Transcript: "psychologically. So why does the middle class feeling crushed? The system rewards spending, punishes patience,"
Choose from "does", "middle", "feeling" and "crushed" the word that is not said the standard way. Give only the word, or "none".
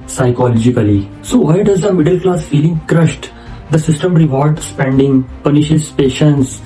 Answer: none